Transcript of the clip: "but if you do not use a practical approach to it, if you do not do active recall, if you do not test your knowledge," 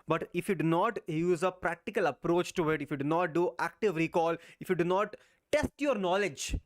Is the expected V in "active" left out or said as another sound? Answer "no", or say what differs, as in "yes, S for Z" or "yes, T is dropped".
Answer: no